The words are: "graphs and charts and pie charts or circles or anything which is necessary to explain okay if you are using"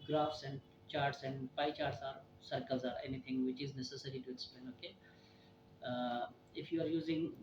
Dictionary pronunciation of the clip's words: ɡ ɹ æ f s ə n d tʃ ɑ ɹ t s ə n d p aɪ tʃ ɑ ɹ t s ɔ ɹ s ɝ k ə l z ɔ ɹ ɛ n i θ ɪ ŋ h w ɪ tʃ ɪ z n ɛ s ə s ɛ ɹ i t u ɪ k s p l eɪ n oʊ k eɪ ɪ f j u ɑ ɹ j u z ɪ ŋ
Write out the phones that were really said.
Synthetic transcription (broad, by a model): ɡ ɹ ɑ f s ə n d tʃ ɑ ɹ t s ə n d p aɪ tʃ ɑ ɹ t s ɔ ɹ s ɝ k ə l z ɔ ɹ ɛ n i t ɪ ŋ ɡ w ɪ tʃ ɪ z n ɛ s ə s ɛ ɹ i t u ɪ s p eɪ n oʊ k eɪ ɪ f j u ɑ ɹ j u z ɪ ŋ